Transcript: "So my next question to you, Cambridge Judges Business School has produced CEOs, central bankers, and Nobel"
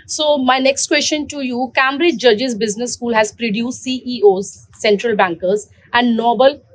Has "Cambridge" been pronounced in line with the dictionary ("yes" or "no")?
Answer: no